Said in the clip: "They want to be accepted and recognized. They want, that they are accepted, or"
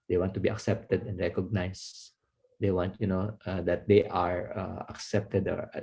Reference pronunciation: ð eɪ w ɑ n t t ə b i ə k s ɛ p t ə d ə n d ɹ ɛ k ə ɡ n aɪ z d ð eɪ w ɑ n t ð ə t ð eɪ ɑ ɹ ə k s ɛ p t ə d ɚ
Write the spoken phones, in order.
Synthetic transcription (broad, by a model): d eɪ w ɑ n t t ə b i ə k s ɛ p t ə d ə n d ɹ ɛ k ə ɡ n aɪ s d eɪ w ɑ n t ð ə t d eɪ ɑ ɹ ə k s ɛ p t ə d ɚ